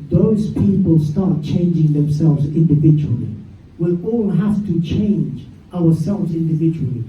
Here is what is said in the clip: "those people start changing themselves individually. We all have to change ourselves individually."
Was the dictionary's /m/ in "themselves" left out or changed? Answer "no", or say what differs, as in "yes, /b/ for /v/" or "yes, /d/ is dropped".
no